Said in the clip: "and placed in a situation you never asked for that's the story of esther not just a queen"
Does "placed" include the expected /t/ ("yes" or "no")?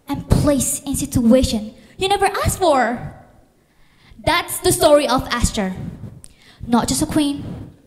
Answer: no